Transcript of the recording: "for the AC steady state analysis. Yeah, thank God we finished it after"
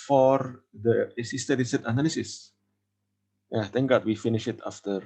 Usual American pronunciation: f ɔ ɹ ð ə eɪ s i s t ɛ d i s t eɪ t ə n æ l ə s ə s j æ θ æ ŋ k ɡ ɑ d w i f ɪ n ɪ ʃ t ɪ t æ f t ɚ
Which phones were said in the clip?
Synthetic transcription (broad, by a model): f ɔ ɹ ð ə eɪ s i s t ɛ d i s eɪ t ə n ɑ l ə s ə s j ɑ t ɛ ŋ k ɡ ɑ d w i f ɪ n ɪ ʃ ɪ t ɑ f t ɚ